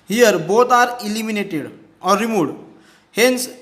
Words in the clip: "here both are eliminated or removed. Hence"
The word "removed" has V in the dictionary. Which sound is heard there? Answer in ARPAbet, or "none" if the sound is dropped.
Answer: none